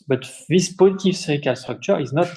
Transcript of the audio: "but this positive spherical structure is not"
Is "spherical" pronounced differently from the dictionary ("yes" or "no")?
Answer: yes